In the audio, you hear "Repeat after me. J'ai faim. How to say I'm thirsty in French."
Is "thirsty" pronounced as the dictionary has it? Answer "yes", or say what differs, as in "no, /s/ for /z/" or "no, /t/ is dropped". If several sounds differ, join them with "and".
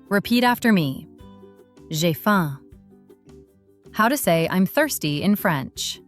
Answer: yes